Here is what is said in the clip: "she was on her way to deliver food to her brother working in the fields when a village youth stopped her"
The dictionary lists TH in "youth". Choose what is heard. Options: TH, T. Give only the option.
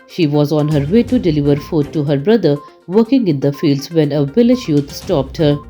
T